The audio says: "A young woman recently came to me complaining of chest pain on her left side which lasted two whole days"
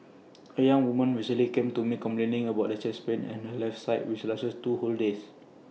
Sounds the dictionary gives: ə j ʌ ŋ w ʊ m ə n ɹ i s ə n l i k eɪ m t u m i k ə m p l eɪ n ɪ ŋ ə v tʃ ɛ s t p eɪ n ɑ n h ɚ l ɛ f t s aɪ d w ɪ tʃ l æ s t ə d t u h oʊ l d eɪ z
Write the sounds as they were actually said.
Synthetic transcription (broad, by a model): ə j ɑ ŋ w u m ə n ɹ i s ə l i k eɪ m t u m i k ə m p l eɪ n ɪ ŋ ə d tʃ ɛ s p eɪ n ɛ n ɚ l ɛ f s aɪ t w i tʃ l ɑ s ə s t u h oʊ l d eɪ s